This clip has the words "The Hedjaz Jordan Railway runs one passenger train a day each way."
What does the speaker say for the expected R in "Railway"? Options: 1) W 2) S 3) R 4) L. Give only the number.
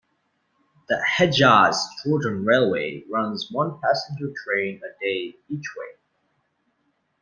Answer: 3